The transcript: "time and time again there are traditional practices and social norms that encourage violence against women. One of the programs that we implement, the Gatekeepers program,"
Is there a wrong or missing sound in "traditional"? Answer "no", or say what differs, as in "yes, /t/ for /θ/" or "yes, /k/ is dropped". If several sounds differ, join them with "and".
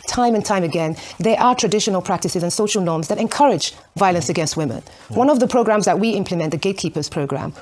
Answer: no